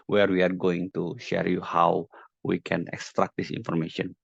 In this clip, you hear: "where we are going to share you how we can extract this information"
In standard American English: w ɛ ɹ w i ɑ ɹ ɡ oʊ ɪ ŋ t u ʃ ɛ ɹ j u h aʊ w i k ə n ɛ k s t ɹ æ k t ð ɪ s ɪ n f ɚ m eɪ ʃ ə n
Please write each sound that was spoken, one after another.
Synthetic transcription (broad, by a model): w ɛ ɹ w i ɑ ɹ ɡ oʊ ɪ ŋ t u ʃ ɛ ɹ j u h aʊ w i k ə n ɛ k s t ɹ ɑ k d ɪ s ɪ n f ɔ m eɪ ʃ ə n